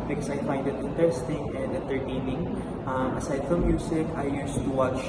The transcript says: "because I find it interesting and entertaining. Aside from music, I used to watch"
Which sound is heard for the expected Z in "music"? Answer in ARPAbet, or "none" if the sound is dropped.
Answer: S